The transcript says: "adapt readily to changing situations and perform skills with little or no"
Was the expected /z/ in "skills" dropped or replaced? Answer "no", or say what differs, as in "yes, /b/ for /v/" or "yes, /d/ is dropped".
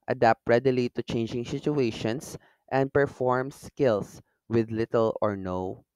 yes, /s/ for /z/